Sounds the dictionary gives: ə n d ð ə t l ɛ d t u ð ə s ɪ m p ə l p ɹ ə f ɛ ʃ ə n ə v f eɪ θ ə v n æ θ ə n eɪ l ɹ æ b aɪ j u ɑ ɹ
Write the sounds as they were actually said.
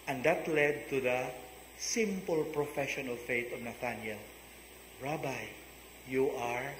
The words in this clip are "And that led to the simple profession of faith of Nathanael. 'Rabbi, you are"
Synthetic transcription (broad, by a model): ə n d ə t l ɛ d t u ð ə s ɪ m p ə l p ɹ ə f ɛ ʃ ə n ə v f eɪ t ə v n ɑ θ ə n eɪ l ɹ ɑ b aɪ j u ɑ ɹ